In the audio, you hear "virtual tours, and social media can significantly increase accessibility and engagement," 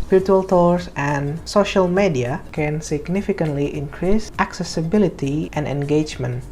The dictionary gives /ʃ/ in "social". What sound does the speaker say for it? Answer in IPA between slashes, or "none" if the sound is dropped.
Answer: /ʃ/